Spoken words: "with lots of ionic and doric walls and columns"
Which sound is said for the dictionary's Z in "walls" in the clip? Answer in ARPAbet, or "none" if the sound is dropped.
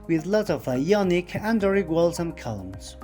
S